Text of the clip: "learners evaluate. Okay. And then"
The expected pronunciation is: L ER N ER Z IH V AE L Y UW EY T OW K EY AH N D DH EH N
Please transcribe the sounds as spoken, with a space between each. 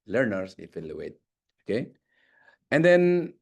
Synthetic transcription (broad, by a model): L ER N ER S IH F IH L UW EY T OW K EY AH N D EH N